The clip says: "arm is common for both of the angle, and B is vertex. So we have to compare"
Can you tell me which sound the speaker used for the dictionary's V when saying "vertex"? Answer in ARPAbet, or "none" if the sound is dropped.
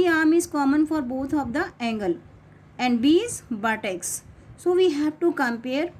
B